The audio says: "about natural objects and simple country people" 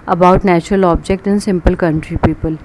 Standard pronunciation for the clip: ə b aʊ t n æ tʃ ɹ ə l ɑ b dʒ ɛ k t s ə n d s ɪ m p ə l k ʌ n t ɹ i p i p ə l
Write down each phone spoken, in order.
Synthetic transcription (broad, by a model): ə b aʊ t n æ tʃ ɹ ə l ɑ b dʒ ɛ k t ə n s ɪ m p ə l k ʌ n t ɹ i p i p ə l